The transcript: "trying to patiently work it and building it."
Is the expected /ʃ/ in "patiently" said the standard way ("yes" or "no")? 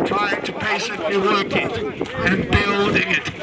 no